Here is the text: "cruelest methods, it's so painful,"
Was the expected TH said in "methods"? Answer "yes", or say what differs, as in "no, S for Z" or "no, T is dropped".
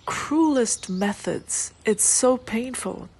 yes